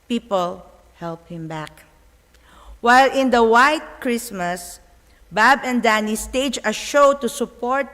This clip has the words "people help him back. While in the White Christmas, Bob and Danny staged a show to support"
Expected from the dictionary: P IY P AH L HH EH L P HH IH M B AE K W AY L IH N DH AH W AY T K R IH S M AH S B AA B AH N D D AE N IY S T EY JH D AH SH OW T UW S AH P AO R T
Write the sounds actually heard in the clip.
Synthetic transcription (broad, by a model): P IY P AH L HH EH L P HH IH M B AE K W AY L IH N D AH W AY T K R IH S M AH S B AA B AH N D D AE N IY S T EY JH AH SH OW T UW S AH P AO R T